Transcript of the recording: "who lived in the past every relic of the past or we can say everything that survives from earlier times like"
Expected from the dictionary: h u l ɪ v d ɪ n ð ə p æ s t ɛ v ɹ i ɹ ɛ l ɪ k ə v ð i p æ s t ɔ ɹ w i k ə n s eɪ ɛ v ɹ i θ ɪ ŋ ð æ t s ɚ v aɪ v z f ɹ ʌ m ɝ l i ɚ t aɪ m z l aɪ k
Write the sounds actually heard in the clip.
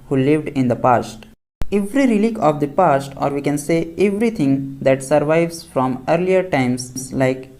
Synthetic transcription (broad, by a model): h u l ɪ v d ɪ n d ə p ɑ s t ɛ v ɹ i ɹ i l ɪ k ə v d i p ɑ s t ɔ ɹ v i k ə n s eɪ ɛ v ɹ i t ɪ ŋ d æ t s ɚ v aɪ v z f ɹ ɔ m ɝ l i ɚ t aɪ m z l aɪ k